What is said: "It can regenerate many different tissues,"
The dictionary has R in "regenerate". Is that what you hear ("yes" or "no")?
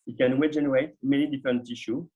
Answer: no